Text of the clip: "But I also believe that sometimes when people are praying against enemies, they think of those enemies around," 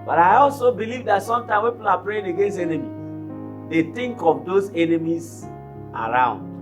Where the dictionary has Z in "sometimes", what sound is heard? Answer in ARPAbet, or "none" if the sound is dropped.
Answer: none